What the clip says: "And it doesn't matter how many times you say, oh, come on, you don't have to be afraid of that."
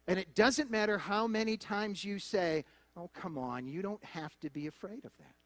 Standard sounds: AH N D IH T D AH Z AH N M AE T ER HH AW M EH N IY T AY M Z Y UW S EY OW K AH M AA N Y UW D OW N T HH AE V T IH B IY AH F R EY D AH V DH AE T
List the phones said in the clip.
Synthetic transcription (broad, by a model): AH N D IH T D AH Z AH N M AE T ER HH AW M EH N IY T AY M Z Y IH S EY OW K AH M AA N Y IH D OW N T HH AE F T IH B IY AH F R EY D AH V DH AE T